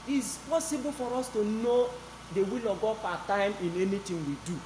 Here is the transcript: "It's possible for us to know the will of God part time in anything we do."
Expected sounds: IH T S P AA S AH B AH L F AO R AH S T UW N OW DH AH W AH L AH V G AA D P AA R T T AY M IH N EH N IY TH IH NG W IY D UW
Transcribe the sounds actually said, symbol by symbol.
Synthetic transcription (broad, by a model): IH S P AA S AH B AH L F AO R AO S T UW N OW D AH W AH L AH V G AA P AA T T AY M IH N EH N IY T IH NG W IY D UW